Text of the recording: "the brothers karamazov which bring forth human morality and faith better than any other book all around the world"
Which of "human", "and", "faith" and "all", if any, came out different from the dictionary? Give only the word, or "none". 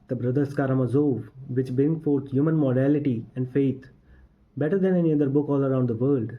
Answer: faith